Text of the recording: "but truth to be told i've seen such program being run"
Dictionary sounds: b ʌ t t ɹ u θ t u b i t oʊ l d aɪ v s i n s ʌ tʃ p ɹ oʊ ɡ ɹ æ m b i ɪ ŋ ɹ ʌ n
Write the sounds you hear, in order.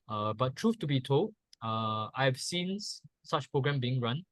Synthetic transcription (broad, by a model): b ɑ t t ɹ u f t u b i t oʊ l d aɪ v s i n s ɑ tʃ p ɹ oʊ ɡ ɹ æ m b i ɪ ŋ ɹ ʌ n